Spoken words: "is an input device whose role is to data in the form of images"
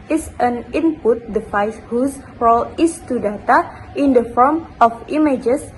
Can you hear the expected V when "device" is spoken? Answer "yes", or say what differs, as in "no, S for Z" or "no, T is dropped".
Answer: no, F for V